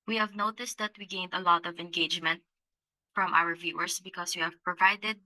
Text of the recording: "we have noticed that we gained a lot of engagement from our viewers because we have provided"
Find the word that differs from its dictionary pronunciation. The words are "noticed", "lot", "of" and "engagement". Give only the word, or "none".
none